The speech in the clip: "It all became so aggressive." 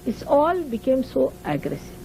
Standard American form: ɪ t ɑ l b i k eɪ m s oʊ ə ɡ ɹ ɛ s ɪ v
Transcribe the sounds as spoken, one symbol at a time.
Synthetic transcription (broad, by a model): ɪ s ɑ l b i k eɪ m s oʊ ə ɡ ɹ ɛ s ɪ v